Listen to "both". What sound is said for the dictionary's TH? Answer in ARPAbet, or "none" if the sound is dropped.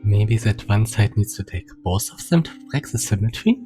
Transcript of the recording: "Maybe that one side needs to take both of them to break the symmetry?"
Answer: S